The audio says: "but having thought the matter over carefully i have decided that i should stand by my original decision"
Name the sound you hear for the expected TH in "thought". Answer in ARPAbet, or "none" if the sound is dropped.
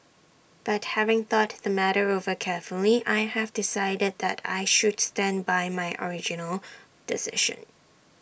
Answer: TH